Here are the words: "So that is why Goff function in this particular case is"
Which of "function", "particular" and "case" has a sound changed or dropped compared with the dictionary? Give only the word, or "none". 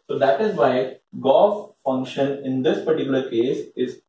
none